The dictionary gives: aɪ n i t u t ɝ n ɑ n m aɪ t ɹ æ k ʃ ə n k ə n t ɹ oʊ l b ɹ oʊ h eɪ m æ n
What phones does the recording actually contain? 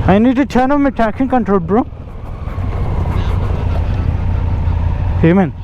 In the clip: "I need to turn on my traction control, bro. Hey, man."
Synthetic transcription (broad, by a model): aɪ n i t u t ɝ n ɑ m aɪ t æ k s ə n k ə n t ɹ oʊ l b ɹ oʊ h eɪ m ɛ n